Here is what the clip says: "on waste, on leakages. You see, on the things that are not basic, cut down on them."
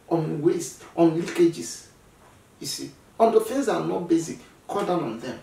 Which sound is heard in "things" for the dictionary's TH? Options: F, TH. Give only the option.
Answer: F